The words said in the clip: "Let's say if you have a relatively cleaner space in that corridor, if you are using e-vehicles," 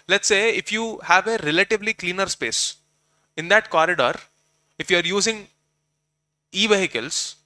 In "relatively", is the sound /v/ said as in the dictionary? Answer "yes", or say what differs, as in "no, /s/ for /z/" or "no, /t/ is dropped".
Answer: yes